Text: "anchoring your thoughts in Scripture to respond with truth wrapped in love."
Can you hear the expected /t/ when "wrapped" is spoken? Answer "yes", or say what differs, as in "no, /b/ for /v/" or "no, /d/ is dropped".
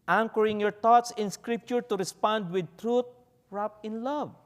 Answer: no, /t/ is dropped